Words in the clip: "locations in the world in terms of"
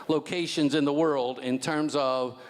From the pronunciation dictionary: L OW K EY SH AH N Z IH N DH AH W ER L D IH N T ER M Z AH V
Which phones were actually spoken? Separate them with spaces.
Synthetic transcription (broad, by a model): L OW K EY SH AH N Z IH N DH AH W ER L D IH N T ER M Z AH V